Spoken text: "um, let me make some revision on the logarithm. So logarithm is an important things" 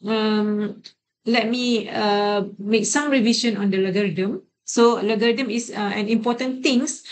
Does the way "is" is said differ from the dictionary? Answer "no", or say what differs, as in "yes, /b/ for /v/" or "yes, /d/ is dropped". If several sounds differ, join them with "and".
yes, /s/ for /z/